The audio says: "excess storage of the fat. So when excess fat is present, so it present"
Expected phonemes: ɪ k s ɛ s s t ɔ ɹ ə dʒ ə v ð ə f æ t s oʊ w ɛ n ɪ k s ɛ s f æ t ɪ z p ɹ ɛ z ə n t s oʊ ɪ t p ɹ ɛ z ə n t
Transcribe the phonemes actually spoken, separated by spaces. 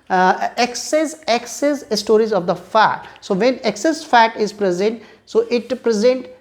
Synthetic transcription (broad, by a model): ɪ k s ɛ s s t ɔ ɹ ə z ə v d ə f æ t s oʊ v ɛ n ɪ k s ɛ s f æ t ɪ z p ɹ ɛ z ə n t s oʊ ɪ t p ɹ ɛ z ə n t